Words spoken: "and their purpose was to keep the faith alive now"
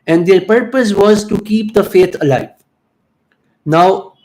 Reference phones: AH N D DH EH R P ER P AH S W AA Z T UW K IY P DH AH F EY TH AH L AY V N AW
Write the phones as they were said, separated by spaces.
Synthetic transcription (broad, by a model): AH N D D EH R P ER P AH S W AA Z T UW K IY P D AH F EY T AH L AY V N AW